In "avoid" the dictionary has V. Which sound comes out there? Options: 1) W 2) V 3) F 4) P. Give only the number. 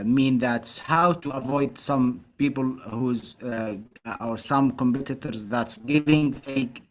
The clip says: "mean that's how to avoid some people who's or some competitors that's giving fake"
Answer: 2